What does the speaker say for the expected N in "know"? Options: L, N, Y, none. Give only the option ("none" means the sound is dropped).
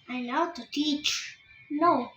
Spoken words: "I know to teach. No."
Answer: L